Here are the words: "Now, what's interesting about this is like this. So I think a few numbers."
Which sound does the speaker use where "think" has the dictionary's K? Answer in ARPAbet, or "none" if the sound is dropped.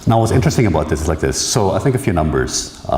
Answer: K